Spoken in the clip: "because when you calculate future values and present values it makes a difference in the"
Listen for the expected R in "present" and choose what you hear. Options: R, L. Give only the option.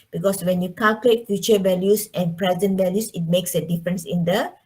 R